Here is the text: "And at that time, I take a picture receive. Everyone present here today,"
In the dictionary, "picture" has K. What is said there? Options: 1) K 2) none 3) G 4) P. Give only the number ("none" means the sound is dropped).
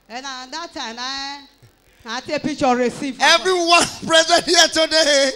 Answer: 2